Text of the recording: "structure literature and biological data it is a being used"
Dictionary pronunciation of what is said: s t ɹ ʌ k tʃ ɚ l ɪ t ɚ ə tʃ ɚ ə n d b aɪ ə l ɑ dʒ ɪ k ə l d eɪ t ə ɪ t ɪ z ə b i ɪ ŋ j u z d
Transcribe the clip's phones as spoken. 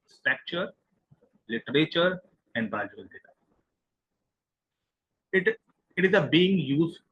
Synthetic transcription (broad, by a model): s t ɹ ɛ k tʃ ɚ l ɪ t ɚ ə tʃ ɚ ə n d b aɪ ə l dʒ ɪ ə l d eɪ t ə ɪ t ɪ z ə b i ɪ ŋ j u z